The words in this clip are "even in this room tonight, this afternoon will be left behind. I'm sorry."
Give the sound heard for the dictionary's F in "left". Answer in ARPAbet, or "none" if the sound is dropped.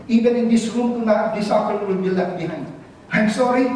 none